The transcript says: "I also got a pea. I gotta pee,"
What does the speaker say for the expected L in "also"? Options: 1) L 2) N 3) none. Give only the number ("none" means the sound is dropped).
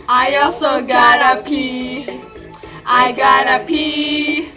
3